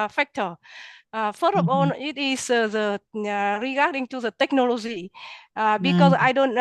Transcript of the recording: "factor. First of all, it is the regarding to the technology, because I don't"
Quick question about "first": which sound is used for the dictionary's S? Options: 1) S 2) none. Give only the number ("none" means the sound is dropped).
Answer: 2